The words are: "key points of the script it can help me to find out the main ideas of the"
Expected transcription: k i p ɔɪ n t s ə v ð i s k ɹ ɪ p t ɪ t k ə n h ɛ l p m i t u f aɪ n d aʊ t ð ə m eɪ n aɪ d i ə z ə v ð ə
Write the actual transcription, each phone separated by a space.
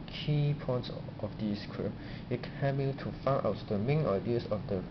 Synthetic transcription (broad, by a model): k i p ɔɪ n t s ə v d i s k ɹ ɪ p ɪ t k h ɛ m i t u f aɪ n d aʊ t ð ə m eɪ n aɪ d i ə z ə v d ə